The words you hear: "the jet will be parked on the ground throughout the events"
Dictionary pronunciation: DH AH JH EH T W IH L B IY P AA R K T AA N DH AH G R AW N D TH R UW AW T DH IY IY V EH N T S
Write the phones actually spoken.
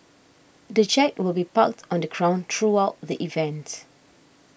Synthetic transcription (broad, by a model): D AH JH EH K W IH L B IY P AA K T AA N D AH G R AW N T R UW AW T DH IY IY V EH N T